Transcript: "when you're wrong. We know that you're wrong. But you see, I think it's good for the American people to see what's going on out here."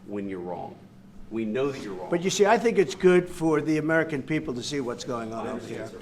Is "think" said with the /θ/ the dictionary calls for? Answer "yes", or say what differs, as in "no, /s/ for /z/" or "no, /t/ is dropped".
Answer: yes